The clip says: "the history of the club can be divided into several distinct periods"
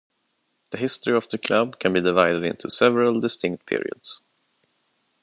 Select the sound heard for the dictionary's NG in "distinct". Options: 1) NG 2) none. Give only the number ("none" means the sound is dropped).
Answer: 1